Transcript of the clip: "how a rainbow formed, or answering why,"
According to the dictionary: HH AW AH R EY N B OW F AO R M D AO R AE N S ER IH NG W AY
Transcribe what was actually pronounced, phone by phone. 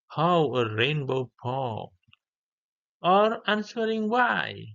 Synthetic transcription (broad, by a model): HH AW AH R EY N B OW P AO AO R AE N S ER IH NG W AY